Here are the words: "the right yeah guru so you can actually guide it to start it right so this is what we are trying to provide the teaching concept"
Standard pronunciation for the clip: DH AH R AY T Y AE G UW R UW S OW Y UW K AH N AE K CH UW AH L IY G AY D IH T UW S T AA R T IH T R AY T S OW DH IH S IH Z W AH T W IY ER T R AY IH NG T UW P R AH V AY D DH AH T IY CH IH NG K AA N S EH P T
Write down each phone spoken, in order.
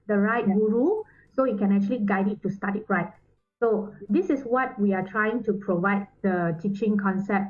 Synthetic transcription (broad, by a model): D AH R AY T G UW R UW S OW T K AH N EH K CH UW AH L IY G AY D IH T UW S T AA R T IH T R AY T S OW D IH S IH S W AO T W IY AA T R AY IH NG T UW P R AH V AY D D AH T IY CH IH NG K AA N S EH P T